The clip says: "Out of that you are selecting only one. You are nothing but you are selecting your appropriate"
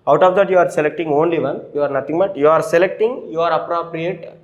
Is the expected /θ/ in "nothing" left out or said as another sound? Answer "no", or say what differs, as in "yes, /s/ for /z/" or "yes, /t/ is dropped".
yes, /t/ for /θ/